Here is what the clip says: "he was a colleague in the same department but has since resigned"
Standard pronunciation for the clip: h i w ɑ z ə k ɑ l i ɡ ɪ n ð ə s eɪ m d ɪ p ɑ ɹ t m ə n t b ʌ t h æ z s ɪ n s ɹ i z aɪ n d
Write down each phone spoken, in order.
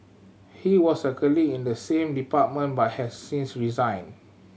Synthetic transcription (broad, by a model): h i w ɑ s ə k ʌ l i ɪ n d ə s eɪ m d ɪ p ɑ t m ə n b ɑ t h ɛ s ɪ n s ɹ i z aɪ n